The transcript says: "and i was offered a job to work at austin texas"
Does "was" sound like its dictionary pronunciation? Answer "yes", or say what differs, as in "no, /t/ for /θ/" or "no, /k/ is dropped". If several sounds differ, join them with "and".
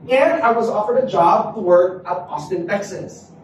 yes